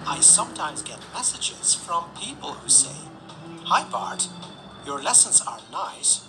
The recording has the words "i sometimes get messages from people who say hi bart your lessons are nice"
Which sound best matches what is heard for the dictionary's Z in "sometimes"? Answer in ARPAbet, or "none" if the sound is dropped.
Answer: Z